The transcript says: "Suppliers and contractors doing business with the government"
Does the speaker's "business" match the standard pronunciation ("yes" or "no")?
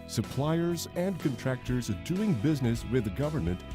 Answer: yes